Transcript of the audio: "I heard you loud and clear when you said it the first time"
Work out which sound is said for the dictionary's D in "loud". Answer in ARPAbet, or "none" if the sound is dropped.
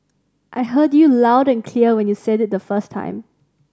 D